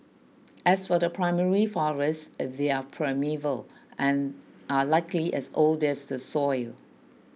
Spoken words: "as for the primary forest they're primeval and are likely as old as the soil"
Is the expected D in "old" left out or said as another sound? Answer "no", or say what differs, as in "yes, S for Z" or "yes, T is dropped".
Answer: no